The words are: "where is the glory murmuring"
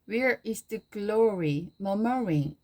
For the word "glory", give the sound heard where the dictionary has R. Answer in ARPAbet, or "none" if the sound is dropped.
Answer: R